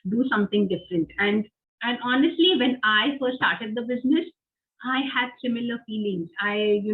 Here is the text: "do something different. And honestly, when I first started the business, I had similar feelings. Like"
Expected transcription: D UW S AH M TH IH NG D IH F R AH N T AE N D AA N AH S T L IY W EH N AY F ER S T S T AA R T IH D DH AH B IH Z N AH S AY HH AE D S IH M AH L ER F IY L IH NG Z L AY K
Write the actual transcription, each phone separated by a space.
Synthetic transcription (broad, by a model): D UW S AH M T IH NG D IH F R AH N T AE N D AA N AH S T L IY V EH N AY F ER T S T AA R T IH D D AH B IH Z N AH S AY HH AE D S IH M AH L ER F IY L IH NG Z AY